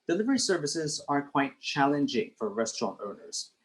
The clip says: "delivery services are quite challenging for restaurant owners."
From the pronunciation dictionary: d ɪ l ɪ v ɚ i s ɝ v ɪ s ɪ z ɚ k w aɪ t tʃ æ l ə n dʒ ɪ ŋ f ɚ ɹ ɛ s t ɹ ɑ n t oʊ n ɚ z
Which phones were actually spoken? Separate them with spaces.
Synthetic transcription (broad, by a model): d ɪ l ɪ v ɚ i s ɝ v ɪ s ɪ z ɚ k w aɪ t tʃ æ l ə n dʒ ɪ ŋ f ɚ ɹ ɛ s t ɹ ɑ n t oʊ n ɚ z